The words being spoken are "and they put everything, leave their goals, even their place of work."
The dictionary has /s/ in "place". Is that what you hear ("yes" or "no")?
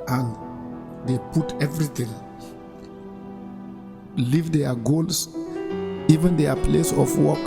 yes